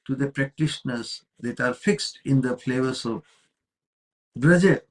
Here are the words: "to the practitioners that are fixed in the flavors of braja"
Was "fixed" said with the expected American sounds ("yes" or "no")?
yes